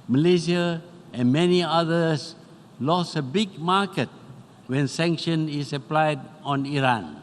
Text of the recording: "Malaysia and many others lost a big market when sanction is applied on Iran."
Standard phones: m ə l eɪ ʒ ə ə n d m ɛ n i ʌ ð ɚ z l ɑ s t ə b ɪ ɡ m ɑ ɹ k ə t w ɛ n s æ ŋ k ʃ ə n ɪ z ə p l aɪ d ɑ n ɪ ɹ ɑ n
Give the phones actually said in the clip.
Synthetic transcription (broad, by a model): m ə l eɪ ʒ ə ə n m ɛ n i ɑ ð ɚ s l ɑ s ə b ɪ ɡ m ɑ k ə t w ɛ n s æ ŋ k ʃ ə n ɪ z ə p l aɪ d ɑ n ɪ ɹ ɑ n